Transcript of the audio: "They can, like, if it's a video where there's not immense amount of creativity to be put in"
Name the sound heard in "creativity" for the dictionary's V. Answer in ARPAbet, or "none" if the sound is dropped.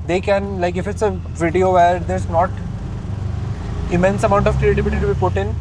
B